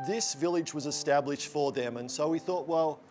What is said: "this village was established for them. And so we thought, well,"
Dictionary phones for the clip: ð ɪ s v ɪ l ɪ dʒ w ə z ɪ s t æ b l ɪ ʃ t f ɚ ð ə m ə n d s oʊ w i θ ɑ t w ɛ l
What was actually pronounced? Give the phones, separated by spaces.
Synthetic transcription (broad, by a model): ð ɪ s v ɪ l ɪ dʒ w ə z ɪ s t æ b l ɪ ʃ t f ɚ ð ə m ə n s oʊ w i θ ɑ t w ɛ l